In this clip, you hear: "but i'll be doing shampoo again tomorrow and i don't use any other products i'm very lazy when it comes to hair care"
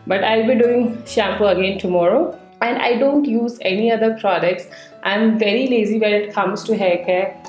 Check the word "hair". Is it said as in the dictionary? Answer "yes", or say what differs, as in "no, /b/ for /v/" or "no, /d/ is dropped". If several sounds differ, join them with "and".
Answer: no, /l/ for /ɹ/